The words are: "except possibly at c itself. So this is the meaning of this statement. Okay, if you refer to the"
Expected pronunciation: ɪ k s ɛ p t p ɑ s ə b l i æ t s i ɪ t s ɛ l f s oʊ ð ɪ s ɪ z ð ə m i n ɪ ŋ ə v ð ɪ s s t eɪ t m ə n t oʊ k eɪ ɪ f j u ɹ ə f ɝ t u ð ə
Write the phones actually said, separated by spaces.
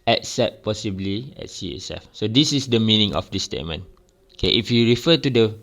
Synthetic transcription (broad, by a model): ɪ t s ɛ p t p ɑ s ə b l i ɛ t s i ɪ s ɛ f s oʊ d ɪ s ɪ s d ə m i n ɪ ŋ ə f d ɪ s s t eɪ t m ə n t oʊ k eɪ ɪ f j u ɹ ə f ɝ t u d ə